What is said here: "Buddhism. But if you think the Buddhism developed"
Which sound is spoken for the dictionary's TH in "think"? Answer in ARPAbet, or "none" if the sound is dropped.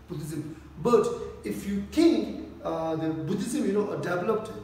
T